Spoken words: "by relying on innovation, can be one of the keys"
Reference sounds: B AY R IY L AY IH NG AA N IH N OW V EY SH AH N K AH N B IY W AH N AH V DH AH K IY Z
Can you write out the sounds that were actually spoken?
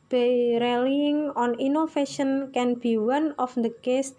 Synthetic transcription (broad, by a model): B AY R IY L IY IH NG AA N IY N OW F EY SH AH N K AH N B IY W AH N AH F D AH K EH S